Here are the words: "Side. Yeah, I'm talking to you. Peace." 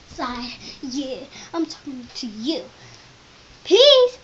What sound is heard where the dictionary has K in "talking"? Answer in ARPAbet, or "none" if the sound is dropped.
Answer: K